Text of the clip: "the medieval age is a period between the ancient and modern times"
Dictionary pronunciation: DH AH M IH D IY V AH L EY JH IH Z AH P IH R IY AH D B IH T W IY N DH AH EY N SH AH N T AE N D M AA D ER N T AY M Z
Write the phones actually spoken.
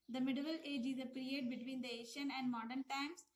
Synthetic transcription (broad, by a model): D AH M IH D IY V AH L EY JH IH Z AH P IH R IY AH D B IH T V IY N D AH EY SH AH N AE N D M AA D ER N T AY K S